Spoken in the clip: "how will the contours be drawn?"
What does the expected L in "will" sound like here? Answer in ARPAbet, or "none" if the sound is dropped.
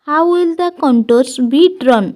L